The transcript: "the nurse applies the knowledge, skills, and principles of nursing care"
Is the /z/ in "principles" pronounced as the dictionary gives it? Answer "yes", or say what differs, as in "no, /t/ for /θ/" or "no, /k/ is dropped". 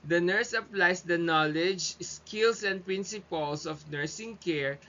no, /s/ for /z/